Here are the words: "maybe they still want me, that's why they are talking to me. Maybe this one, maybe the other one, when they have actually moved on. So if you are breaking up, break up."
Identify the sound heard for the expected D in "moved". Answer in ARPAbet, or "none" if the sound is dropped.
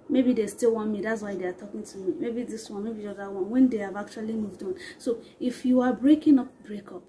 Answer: D